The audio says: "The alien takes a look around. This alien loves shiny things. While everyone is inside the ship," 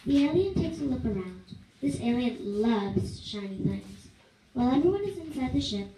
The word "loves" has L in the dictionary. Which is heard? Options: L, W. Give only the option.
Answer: L